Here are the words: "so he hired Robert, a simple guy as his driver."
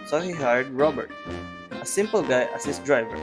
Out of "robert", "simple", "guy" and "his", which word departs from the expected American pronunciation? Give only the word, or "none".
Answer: his